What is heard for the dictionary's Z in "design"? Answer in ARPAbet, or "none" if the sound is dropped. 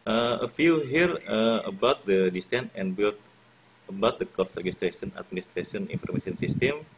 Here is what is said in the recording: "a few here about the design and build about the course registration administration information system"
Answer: S